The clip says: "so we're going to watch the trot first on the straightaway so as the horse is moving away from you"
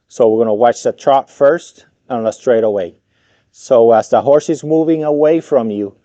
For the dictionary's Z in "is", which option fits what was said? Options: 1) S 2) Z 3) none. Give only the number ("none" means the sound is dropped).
2